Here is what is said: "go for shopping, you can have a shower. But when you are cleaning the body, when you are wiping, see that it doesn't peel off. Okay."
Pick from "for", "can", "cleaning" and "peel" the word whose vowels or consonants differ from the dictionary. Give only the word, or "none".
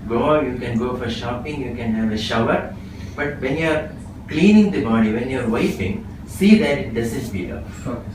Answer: peel